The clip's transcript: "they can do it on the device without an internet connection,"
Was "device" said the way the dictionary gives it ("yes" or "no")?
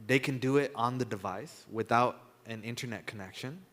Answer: yes